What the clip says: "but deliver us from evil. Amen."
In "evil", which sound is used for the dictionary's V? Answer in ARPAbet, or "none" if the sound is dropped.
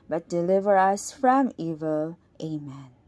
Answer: V